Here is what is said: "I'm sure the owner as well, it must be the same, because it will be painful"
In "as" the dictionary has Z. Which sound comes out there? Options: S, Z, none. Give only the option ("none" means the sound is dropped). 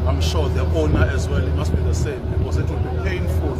Z